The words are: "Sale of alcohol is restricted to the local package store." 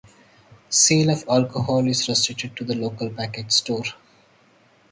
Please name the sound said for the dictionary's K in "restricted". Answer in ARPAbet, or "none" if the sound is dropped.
none